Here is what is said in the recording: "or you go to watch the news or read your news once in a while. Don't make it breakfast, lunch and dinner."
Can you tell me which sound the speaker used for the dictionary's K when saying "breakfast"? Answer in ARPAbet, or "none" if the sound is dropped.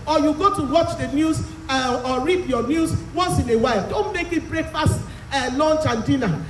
none